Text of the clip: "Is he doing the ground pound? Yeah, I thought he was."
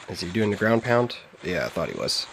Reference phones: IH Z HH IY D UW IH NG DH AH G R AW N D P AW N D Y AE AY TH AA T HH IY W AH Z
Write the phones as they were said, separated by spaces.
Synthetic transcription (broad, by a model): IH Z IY D UW IH NG DH AH G R AW N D P AW N D Y AE AY TH AA T HH IY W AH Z